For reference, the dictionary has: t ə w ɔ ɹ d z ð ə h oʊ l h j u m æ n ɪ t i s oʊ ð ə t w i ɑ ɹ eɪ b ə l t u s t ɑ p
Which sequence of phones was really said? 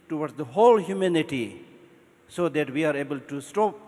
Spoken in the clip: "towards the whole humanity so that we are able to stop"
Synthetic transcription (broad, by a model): t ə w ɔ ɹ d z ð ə h oʊ l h j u m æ n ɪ t i s oʊ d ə t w i ɑ ɹ eɪ b ə l t u s t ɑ p